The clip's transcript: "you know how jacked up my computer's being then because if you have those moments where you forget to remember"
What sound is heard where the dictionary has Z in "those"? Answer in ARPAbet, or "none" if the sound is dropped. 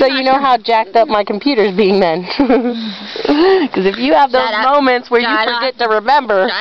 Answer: Z